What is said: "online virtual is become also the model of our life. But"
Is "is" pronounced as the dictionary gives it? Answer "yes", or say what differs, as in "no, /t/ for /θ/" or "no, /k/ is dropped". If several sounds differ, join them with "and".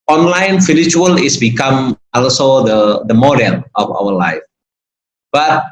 no, /s/ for /z/